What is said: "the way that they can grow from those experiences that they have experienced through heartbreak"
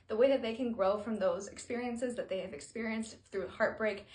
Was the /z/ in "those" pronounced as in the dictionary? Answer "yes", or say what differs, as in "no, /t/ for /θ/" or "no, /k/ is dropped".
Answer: yes